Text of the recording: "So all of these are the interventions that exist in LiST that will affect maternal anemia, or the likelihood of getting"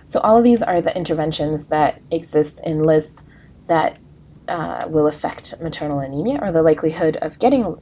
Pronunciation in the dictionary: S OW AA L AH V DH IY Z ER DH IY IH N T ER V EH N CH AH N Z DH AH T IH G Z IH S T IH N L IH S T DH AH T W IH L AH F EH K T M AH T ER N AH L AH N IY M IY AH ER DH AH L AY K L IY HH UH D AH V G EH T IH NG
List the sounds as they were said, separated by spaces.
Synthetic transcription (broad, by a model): S OW AA L AH V DH IY Z ER DH IY IH N T ER V EH N SH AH N Z DH AH T IH G Z IH S T IH N L IH S T DH AH T W IH L AH F EH K T M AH T ER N L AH N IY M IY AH ER DH AH L AY K L IY HH UH D AH V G EH T IH NG